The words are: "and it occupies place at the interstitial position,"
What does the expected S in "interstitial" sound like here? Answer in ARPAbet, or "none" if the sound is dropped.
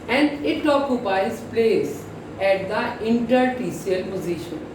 none